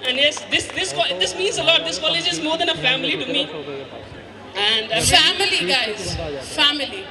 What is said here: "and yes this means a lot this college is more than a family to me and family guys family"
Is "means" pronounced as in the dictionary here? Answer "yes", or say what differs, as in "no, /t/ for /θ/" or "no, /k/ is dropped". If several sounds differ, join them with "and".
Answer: yes